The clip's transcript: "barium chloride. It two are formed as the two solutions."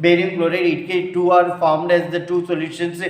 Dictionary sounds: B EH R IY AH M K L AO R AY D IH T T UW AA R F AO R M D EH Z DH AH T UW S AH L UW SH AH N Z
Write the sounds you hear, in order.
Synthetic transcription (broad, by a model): B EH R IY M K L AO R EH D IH T T UW AA R F AO R M D EH Z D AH T UW S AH L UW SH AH N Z